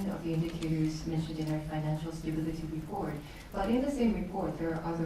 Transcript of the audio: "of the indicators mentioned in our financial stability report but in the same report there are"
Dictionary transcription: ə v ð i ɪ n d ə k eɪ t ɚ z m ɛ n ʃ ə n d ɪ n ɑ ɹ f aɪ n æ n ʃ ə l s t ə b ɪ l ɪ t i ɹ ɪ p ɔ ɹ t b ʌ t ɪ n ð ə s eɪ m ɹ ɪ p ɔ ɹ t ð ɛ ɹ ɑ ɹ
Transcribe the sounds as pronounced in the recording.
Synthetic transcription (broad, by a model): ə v ð i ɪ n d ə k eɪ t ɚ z m ɛ n ʃ ə n d ɪ n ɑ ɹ f aɪ n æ n ʃ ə l s t ə b ɪ l ɪ t i ɹ ɪ p ɔ ɹ t b ʌ t ɪ n ð ə s eɪ m ɹ ɪ p ɔ ɹ t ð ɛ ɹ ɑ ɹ